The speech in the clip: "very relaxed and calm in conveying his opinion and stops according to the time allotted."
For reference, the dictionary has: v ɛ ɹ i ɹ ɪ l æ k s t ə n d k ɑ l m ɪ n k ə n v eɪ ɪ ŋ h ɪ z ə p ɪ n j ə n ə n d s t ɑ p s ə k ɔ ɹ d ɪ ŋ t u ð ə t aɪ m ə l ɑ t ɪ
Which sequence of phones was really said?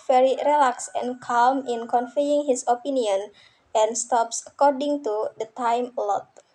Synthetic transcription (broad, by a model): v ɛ ɹ i ɹ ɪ l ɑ k s ə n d k ɑ l m ɪ n k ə n f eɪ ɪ ŋ h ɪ s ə p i n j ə n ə n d s t ɑ p s ə k ɔ ɹ d ɪ ŋ t u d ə t aɪ m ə l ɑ t